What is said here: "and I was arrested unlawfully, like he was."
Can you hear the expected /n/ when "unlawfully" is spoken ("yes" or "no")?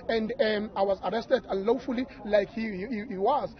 yes